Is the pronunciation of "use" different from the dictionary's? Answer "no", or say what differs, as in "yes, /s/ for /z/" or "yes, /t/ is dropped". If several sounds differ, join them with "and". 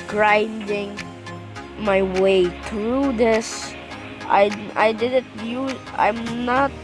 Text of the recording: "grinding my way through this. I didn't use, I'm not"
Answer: yes, /s/ is dropped